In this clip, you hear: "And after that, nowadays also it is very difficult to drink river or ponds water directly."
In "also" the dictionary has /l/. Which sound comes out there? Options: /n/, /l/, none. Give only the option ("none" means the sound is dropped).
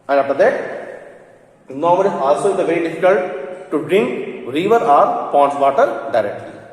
/l/